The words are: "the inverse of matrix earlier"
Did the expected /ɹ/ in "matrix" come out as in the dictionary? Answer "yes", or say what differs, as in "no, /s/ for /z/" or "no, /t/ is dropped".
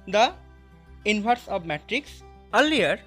yes